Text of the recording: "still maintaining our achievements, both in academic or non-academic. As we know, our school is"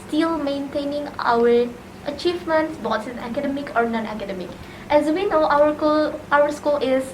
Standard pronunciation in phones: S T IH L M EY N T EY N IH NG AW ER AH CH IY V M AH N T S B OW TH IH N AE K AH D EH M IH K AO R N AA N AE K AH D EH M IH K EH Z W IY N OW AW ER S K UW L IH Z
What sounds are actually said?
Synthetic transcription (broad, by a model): S T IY L M EY N T EY N IH NG AW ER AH CH IY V M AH N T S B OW S IH N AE K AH D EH M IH K AO R N AA N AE K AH D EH M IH K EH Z W IY N OW AW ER S K UW L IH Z